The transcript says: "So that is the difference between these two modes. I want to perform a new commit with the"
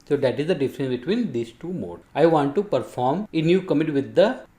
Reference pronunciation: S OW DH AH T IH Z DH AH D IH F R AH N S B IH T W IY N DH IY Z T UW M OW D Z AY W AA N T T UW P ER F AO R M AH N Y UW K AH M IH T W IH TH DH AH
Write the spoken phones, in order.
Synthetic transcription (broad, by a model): S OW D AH T IH Z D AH D IH F R AH N S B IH T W IY N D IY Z T UW M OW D AY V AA N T T UW P ER F AO R M AH N Y UW K AH M IH T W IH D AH